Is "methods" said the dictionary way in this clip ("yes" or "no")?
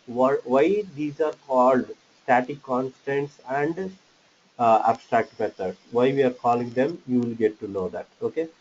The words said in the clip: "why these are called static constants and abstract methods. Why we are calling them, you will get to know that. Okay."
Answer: no